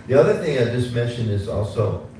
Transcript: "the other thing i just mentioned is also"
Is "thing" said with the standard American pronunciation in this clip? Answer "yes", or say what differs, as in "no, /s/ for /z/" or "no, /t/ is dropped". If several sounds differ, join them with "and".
yes